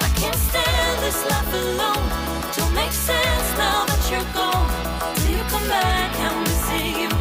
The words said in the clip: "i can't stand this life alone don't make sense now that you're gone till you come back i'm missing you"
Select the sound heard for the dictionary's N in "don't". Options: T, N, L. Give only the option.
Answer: L